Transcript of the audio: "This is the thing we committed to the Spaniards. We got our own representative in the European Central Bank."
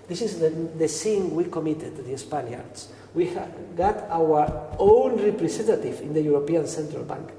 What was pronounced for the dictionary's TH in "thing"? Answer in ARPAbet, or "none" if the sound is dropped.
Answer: S